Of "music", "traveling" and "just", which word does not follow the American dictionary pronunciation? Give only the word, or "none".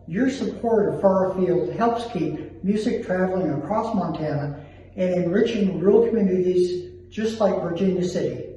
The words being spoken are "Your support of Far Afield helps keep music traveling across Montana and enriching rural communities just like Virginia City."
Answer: none